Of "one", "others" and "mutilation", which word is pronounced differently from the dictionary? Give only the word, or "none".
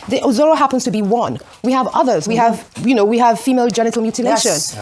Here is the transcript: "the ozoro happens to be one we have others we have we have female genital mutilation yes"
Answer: none